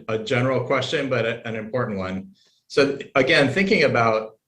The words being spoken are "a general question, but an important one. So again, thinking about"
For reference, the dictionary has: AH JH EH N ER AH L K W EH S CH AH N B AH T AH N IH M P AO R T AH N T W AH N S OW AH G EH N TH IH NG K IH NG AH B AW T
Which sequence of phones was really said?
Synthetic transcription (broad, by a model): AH JH EH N ER L K W EH S CH AH N B AH T AH N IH M P AO R T N T W AH N S OW AH G EH N TH IH NG K IH NG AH B AW T